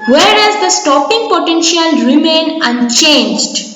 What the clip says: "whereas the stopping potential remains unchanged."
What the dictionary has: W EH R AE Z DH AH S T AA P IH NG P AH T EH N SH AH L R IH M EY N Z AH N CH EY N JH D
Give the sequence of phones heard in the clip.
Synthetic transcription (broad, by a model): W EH R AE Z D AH S T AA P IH NG P AH T EH N SH AH L R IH M EY N AH N CH EY N JH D